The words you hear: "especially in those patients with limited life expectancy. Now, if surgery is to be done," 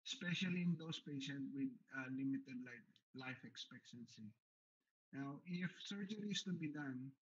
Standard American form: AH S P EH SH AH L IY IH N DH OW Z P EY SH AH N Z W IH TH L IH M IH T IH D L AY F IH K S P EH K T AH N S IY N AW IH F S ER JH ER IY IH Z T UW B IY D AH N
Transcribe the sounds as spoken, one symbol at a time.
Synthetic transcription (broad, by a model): S P EH SH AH L IY IH N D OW S P EY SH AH N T W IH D L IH M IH T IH D L AY F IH K S P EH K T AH N S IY N AW IH F S ER JH ER IY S T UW B IY D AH N